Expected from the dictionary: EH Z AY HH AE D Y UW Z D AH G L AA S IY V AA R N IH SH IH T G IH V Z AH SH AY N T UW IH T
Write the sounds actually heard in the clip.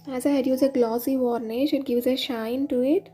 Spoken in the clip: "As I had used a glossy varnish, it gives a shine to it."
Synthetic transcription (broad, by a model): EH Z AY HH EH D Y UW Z AH G L AA S IY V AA R N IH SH IH T G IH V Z AH SH AY N T UW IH T